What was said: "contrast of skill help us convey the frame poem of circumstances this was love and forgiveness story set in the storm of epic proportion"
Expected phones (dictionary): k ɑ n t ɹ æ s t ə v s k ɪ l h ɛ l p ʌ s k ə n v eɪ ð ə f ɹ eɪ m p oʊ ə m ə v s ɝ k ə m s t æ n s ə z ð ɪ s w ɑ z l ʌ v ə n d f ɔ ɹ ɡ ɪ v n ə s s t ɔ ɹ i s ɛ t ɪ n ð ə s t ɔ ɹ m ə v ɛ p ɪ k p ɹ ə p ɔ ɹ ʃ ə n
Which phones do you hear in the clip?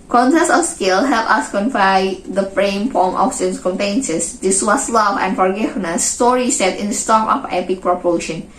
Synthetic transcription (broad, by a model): k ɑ n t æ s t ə f s k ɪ l h ɛ l p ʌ s k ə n f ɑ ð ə f ɹ eɪ m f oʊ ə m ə f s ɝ k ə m t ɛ n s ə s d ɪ s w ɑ s l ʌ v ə n f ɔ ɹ ɡ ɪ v n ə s s t ɔ ɹ i s ɛ t ɪ n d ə s t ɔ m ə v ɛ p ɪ k p ɹ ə p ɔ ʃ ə n